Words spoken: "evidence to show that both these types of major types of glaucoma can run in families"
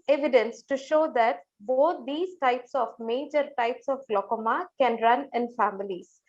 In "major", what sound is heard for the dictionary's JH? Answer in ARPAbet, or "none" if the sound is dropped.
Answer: JH